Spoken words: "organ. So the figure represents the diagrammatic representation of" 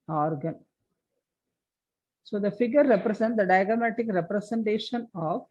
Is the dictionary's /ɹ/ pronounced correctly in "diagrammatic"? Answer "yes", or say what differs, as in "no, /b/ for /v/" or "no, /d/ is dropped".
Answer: no, /ɹ/ is dropped